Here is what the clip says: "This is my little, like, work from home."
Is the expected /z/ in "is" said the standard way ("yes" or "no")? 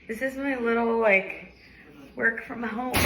yes